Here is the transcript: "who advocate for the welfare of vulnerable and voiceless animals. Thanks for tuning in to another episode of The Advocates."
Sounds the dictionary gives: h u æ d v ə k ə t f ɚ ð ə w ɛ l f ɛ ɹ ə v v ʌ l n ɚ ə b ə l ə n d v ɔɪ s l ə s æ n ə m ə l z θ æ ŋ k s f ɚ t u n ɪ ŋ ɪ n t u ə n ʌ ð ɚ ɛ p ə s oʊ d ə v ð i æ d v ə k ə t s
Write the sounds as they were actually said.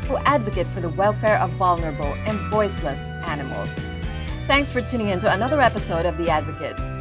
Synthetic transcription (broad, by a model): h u æ d v ə k ə t f ɚ ð ə w ɛ l f ɛ ɹ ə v v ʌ l n ɚ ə b l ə n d v ɔɪ s l ə s æ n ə m l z θ æ ŋ k s f ɚ t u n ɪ ŋ ɪ n t u ə n ʌ ð ɚ ɛ p ə s oʊ d ə v ð i æ d v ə k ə t s